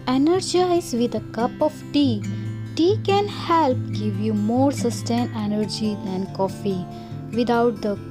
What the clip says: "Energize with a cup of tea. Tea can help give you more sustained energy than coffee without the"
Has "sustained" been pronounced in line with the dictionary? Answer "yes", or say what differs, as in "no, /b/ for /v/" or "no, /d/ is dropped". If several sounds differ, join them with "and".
no, /d/ is dropped